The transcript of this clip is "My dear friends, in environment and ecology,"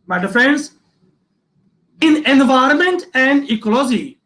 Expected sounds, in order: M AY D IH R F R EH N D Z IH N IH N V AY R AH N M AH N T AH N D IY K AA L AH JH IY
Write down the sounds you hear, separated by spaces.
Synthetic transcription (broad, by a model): M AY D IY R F R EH N D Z IH N IH N V AY R AH N M AH N T AH N D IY K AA L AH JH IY